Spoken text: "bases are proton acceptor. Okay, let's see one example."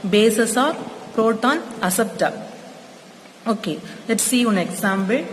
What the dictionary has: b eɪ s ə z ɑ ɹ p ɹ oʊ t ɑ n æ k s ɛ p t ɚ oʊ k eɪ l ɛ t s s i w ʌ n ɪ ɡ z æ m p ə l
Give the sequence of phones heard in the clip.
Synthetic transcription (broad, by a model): b eɪ s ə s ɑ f p ɹ oʊ t ɑ n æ s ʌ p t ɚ oʊ k eɪ l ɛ t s s i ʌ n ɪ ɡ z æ m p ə l